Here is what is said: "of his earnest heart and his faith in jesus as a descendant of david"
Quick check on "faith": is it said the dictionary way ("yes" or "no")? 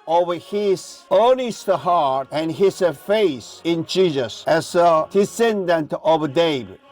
no